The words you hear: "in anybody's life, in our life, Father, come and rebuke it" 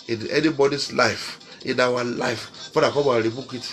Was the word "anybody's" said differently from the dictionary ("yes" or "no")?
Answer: yes